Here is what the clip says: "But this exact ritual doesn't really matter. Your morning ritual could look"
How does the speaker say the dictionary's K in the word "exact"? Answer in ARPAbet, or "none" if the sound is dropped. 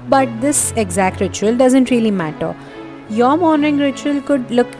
K